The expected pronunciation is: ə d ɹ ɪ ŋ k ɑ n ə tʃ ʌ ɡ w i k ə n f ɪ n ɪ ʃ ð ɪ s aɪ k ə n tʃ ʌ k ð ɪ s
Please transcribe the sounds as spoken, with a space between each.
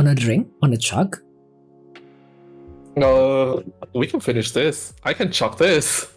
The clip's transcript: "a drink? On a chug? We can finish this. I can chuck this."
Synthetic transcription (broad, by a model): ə d ɹ ɪ ŋ k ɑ n ə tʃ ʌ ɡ w i k ə n f ɪ n ɪ ʃ ð ɪ s aɪ k ə n tʃ ʌ k ð ɪ s